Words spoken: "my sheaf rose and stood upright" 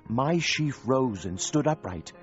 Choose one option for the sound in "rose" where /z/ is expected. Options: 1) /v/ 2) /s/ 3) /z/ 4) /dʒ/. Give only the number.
3